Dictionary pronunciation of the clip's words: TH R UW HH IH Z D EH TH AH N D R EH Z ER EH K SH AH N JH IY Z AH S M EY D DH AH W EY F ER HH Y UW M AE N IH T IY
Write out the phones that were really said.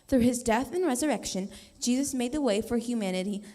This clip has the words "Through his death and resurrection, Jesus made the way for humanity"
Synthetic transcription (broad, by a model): TH R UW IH Z D EH TH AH N R EH Z ER EH K SH AH N JH IY Z AH S M EY D DH AH W EY F ER HH Y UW M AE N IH T IY